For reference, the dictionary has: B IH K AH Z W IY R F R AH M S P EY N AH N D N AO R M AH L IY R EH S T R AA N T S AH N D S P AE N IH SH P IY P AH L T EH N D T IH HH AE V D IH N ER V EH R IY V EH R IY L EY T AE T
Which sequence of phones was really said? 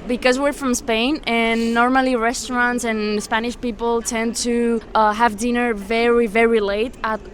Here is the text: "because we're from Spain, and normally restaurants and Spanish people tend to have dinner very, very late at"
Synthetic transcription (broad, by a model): B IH K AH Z W IY R F R AH M S P EY N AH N N AO R M AH L IY R EH S T R AA N T S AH N S P AE N IH SH P IY P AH L T EH N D T IH HH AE V D IH N ER V EH R IY V EH R IY L EY T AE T